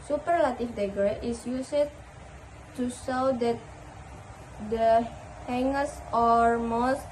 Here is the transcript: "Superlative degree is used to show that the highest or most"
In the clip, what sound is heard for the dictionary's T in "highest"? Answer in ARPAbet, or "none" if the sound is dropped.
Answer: none